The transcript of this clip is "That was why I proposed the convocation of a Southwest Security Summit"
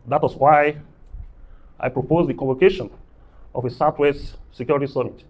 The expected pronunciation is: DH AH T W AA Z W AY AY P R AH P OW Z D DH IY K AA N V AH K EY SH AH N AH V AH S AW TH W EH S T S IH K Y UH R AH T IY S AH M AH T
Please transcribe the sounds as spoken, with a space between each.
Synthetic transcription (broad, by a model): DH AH T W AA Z W AY AY P R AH P OW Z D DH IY K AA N V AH K EY SH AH N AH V AH S AW T W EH S T S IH K Y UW R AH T IY S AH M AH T